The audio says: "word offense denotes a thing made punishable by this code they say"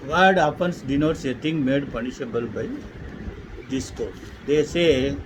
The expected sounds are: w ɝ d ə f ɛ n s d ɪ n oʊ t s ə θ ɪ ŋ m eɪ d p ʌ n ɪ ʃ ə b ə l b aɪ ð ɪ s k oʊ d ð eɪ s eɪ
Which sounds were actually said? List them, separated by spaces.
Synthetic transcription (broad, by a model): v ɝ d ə p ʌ n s d ɪ n oʊ t s ə t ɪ ŋ m eɪ d p ʌ n ɪ ʃ ə b ə l b aɪ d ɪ s k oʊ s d eɪ s eɪ